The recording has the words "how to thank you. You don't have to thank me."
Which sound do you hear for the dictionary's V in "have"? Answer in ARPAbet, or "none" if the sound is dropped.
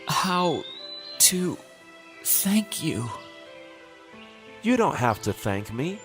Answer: F